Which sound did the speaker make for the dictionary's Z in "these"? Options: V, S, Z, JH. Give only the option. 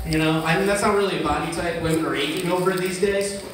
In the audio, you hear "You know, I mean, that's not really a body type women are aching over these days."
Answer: Z